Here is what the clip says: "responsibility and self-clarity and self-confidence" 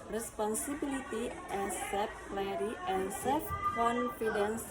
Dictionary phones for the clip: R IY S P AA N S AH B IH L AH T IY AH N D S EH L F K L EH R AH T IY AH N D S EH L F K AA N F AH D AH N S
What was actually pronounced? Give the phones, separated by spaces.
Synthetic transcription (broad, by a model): R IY S P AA N S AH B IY L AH T IY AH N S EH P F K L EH AH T IY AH N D S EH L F K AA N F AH D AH N S